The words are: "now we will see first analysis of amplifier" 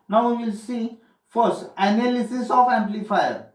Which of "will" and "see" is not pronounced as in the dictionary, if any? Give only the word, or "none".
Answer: none